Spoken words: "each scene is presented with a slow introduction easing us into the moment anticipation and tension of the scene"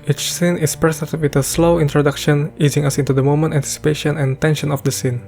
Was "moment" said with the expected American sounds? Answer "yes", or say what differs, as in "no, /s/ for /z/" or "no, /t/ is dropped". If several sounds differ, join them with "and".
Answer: yes